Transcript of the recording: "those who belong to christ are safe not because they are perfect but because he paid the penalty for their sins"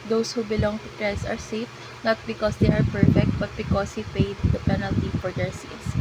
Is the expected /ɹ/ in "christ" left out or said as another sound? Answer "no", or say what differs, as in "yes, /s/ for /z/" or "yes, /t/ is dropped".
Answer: yes, /ɹ/ is dropped